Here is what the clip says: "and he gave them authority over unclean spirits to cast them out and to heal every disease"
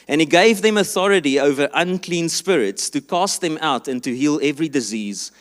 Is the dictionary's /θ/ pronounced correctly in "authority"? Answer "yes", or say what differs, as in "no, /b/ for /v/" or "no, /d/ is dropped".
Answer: yes